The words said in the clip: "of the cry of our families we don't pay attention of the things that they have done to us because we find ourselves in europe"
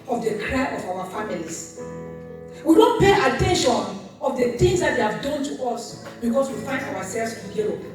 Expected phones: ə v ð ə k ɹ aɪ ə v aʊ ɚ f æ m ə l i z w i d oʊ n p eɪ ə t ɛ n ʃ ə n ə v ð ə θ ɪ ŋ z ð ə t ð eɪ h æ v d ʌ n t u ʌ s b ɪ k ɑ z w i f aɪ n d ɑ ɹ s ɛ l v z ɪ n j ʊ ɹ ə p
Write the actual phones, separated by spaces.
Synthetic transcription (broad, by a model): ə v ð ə k ɹ aɪ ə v aʊ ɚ f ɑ m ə l i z w i d oʊ n p eɪ ə t ɛ n ʃ ə n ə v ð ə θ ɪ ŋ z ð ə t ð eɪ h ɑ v d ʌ n t u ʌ s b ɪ k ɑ s w i f aɪ n d ɑ w s ɛ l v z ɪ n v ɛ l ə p